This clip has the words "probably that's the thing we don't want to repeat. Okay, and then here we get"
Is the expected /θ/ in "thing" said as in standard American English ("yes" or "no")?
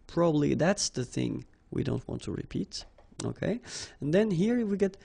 yes